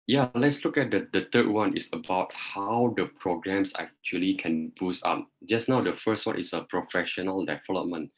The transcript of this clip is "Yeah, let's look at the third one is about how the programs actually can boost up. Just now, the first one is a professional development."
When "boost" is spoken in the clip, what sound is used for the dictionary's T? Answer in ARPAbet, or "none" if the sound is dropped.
none